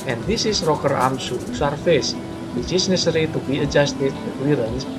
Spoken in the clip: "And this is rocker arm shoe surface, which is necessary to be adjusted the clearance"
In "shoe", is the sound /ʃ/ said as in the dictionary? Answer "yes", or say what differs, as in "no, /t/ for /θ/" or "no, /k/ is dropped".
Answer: no, /s/ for /ʃ/